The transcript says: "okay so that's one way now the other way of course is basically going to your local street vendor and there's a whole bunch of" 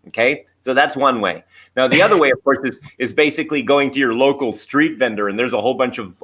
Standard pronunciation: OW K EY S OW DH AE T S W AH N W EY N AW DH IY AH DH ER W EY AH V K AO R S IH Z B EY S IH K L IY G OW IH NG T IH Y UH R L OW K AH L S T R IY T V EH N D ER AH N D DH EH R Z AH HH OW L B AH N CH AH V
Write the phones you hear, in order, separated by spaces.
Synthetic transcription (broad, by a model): OW K EY S OW DH AE T S W AH N W EY N AW DH IY AH DH ER W EY AH V K AO R S IH Z B EY S IH K L IY G OW IH NG T IH Y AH R L OW K L S T R IY T V EH N D ER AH N DH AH R Z AH HH OW L B AH N CH AH V